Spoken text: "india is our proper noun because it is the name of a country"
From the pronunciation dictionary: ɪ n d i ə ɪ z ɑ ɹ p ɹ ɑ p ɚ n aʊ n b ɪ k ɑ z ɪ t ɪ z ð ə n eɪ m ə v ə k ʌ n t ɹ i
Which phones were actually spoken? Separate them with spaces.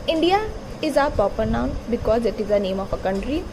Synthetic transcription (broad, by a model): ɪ n d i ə ɪ z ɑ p ɑ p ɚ n aʊ n b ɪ k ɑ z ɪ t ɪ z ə n eɪ m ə f ə k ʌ n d ɹ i